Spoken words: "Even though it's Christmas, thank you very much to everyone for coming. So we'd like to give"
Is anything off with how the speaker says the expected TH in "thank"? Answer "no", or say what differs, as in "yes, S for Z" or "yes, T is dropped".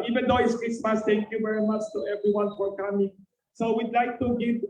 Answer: yes, T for TH